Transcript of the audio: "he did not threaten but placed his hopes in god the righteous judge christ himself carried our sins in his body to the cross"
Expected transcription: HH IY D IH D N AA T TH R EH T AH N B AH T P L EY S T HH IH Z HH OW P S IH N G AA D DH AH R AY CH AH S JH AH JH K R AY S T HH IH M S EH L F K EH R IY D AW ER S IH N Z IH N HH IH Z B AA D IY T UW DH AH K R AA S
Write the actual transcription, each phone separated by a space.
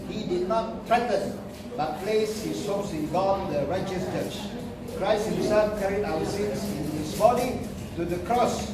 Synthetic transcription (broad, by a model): HH IY D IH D N AA T R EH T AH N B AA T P L EY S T HH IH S OW S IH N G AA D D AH R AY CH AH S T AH CH K R AY S T HH IH M S EH L F K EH R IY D AW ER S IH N S IH N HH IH S B AA D IY T UW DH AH K R AA S